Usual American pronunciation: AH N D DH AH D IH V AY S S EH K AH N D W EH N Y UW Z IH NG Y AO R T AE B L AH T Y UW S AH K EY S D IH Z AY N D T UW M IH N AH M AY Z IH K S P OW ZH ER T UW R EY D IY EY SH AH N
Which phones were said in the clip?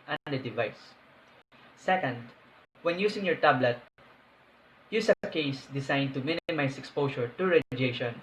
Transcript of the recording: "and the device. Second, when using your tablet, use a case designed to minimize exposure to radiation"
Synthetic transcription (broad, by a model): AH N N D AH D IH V AY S S EH K AH N D W EH N Y UW S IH NG Y AO R T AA B L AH T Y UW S AH K EY S D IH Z AY N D T UW M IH N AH M AY S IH K S P OW S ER T UW R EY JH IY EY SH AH N